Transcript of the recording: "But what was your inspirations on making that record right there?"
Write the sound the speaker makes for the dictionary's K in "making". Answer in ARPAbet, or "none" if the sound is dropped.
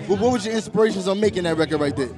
K